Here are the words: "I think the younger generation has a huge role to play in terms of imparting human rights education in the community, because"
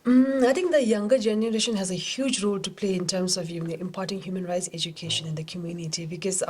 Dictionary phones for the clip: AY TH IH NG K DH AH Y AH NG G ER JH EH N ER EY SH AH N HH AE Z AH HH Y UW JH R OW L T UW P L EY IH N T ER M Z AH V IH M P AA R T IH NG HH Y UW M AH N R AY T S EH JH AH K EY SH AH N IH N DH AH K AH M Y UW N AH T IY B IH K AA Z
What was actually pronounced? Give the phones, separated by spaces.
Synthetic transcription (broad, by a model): AY T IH NG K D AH Y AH NG G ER JH EH N ER EY SH AH N HH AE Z AH HH Y UW JH R OW L T UW P L EY IH N T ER M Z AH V IH M P AA R T IH NG HH Y UW M AH N R AY T S EH JH AH K EY SH AH N IH N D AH K AH M Y UW N AH T IY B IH K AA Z